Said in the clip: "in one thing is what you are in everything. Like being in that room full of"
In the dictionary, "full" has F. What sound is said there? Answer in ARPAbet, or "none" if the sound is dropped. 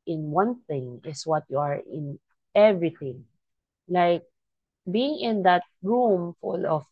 F